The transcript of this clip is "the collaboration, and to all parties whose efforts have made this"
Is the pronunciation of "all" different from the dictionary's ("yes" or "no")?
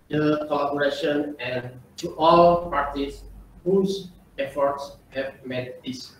no